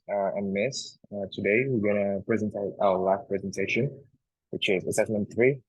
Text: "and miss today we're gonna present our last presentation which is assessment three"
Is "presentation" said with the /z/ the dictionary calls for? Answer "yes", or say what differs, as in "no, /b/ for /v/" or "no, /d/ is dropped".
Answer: yes